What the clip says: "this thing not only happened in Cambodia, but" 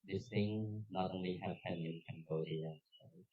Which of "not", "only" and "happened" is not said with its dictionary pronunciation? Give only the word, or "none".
happened